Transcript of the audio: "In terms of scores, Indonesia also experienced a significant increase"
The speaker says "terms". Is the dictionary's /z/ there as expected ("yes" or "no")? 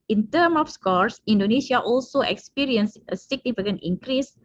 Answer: no